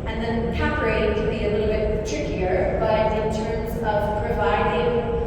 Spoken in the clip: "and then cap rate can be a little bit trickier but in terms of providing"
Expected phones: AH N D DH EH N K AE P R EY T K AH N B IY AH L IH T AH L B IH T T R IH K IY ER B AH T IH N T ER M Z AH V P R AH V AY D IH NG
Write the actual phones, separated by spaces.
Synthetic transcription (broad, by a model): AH N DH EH N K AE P R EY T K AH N B IY AH L IH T L B IH T T R IH K IY ER B AH T IH N T ER M Z AH V P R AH V AY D IH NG